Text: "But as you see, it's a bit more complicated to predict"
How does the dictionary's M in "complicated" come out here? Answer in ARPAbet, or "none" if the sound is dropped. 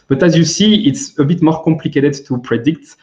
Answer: M